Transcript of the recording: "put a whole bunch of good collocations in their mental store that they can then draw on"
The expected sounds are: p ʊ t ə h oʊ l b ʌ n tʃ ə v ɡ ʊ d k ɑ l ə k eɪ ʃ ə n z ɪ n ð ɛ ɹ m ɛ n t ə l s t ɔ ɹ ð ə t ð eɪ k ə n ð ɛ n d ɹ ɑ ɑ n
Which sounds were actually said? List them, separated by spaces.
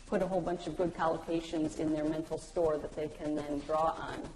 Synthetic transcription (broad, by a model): p ʊ t ə h oʊ l b ʌ n tʃ ə v ɡ ʊ d k ɑ l ə k eɪ ʃ ə n z ɪ n ð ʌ ɹ m ɛ n t l s t ɔ ɹ ð ə t ð eɪ k ə n ð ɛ n d ɹ ɑ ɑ n